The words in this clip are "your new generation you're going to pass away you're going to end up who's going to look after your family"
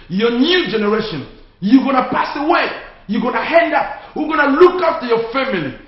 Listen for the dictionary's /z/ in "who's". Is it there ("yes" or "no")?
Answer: no